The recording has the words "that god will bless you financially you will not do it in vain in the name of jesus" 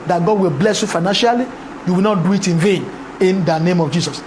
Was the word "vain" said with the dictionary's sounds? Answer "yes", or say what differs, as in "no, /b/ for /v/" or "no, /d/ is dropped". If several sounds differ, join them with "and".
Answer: yes